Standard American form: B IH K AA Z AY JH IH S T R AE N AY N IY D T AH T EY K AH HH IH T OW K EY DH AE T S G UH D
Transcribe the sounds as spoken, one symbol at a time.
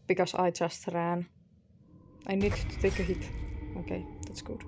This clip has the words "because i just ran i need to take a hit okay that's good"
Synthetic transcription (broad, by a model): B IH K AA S AY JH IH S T R AE N AY N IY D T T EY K AH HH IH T OW K EY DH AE T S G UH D